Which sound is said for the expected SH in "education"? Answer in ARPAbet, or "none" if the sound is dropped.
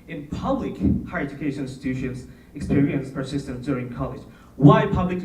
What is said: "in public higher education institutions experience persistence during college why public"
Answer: none